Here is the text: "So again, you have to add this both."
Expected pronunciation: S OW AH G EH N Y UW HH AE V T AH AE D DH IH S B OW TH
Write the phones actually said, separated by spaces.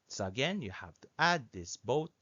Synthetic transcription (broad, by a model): S OW AH G EH N Y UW HH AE F T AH AE D DH IH S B OW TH